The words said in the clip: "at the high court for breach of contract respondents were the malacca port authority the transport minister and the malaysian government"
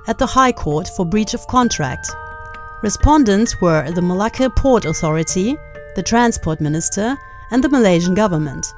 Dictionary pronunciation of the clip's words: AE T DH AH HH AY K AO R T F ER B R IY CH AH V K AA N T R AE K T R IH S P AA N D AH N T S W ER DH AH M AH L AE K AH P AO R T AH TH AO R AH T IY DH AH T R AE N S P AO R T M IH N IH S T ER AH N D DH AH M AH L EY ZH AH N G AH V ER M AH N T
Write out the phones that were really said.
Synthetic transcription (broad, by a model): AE T DH AH HH AY K AO R T F ER B R IY CH AH V K AA N T R AE K T R IH S P AA N D AH N T S W ER DH AH M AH L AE K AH P AO R T AH TH AO R AH T IY DH AH T R AE N S P AO R T M IH N IH S T ER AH N DH AH M AH L EY ZH AH N G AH V ER M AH N T